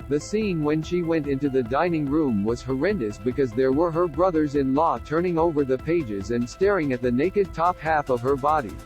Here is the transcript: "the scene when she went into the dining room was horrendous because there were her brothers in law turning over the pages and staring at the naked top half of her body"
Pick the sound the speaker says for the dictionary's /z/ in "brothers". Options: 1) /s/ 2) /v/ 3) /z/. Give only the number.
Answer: 3